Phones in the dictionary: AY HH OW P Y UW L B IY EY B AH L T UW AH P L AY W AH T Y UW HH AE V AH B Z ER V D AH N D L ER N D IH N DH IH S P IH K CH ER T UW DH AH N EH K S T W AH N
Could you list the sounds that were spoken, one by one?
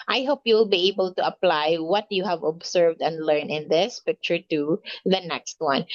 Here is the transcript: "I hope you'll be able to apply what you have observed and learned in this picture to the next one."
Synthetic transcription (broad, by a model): AY HH OW P Y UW L B IY EY B AH L T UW AH P L AY W AH T Y UW HH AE V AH B S ER V D AH N D L ER N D IH N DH IH S P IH K CH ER T UW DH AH N EH K S T W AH N